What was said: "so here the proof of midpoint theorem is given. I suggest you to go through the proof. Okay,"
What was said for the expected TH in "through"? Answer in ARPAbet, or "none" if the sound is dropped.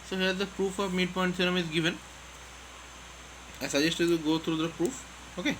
T